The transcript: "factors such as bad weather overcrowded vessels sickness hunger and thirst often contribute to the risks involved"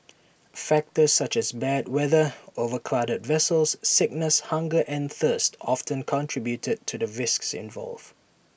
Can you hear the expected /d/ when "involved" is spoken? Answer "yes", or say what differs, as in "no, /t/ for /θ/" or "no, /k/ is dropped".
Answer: no, /d/ is dropped